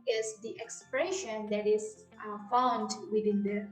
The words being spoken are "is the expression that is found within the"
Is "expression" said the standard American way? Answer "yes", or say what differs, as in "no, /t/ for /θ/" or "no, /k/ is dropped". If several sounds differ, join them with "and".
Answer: yes